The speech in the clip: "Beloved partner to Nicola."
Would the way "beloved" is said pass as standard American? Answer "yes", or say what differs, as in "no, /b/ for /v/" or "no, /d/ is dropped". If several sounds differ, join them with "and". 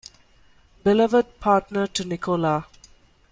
yes